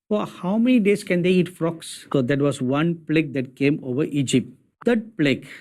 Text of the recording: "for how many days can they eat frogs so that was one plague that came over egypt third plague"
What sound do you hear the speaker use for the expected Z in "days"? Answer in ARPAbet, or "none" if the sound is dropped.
S